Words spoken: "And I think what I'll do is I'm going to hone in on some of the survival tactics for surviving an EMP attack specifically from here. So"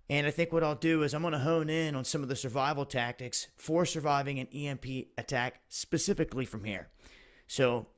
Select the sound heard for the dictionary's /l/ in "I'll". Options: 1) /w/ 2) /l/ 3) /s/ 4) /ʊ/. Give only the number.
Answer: 2